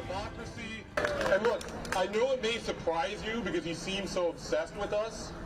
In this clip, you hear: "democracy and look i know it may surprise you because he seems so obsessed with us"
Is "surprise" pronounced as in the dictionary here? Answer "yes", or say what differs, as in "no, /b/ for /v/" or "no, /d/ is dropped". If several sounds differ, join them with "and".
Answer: yes